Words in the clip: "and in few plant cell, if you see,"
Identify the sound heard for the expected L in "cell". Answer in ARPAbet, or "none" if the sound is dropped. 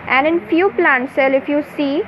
L